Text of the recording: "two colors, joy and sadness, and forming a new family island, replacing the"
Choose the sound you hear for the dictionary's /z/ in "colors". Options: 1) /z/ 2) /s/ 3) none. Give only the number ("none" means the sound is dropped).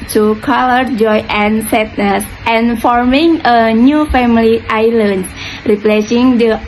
3